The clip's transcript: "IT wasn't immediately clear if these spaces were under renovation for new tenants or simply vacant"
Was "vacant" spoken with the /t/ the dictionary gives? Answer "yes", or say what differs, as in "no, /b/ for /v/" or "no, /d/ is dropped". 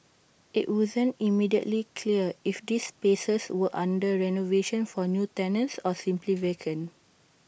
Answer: no, /t/ is dropped